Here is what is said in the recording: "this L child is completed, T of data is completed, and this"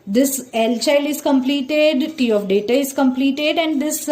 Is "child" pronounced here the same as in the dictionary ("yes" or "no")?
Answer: no